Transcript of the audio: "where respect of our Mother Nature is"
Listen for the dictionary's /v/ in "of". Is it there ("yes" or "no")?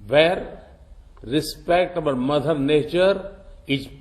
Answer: no